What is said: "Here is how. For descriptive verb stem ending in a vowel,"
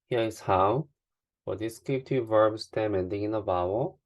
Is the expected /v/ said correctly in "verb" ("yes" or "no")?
yes